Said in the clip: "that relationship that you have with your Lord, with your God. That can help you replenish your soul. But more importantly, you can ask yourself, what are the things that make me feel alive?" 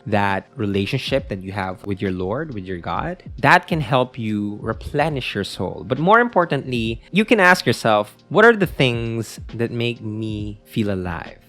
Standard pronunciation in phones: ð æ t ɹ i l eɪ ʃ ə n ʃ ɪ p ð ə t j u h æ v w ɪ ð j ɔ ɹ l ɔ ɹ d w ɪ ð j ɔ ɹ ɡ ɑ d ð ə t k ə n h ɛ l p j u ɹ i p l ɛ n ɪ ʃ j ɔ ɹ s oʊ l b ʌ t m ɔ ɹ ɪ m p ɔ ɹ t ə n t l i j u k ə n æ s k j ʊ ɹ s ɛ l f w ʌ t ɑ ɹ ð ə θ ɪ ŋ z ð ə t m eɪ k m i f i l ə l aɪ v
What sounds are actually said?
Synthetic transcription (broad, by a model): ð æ t ɹ i l eɪ ʃ ə n ʃ ɪ p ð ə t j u h æ v w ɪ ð j ɔ ɹ l ɔ ɹ d w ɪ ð j ɔ ɹ ɡ ɑ d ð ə t k ə n h ɛ l p j u ɹ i p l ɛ n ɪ ʃ j ɔ ɹ s oʊ l b ʌ t m ɔ ɹ ɪ m p ɔ ɹ t ə n t l i j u k ə n æ s k j ʊ ɹ s ɛ l f w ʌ t ɑ ɹ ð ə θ ɪ ŋ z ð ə t m eɪ k m i f i l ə l aɪ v